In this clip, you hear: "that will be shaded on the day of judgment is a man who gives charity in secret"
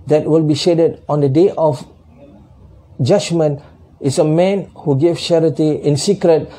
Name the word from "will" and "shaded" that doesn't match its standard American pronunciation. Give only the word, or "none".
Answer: none